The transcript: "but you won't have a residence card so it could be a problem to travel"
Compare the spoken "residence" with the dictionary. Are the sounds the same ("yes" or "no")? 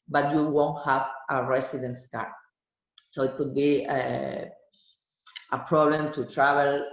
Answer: no